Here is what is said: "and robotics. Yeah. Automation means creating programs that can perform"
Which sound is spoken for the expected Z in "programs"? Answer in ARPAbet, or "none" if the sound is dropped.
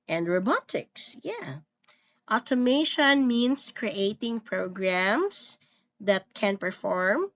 S